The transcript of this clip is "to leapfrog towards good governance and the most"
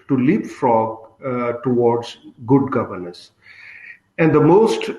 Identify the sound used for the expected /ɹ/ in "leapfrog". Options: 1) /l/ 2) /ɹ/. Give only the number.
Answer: 2